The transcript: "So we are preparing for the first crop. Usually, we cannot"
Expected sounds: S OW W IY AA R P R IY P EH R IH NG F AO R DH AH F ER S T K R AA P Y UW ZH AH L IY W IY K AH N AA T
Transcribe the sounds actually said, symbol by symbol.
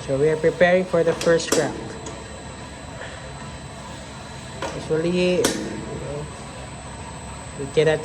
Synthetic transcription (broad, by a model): S OW W IY AA R P R IY P EH R IH NG F AO R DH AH F ER S T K R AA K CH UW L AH N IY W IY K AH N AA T